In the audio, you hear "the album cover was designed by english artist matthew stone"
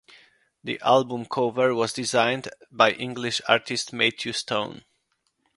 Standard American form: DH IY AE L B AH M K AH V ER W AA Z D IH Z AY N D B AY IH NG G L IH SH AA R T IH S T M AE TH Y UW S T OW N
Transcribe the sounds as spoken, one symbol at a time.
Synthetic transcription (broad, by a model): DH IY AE L B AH M K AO V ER W AA Z D IH Z AY N D B AY IH NG G L IH SH AA R T IH S T M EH T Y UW S T OW N